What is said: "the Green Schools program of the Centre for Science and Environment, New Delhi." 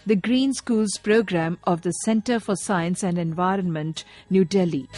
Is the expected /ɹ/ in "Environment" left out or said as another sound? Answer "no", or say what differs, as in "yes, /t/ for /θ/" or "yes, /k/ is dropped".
no